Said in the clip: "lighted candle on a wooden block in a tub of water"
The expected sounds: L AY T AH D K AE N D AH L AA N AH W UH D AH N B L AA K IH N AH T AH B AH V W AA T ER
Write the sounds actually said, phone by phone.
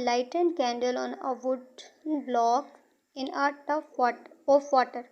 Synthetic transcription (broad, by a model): L AY T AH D K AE N D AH L AA N AH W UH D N B L AA K IH N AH T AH AH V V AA T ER